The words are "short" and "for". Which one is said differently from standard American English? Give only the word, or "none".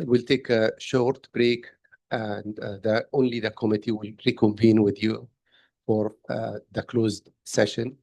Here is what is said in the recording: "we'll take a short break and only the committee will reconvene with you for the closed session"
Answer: none